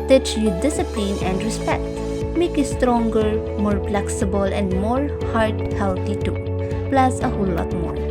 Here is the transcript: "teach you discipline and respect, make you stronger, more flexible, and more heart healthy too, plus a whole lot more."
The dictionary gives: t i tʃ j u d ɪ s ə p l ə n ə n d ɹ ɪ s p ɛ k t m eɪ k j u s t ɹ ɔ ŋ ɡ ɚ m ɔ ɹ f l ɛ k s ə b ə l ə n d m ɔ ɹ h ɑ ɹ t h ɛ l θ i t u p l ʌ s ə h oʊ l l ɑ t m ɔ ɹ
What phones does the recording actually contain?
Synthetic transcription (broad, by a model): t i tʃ j u d ɪ s ə p l ə n ə n d ɹ ɪ s p ɛ k t m eɪ k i s t ɹ ɔ ŋ ɡ ɚ m ɔ ɹ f l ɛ k s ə b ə l ə n d m ɔ ɹ h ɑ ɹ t h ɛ l t i t u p l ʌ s ə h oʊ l l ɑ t m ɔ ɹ